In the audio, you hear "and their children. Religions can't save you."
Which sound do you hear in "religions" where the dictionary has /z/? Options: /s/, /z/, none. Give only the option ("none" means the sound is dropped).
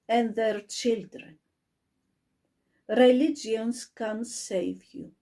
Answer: /s/